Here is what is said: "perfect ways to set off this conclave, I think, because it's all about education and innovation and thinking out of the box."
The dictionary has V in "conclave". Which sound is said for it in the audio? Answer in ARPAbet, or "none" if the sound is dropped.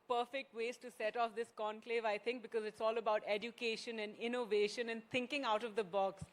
V